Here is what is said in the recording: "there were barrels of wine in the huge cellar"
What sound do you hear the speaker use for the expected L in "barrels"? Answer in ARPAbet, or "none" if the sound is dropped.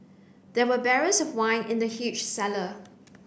none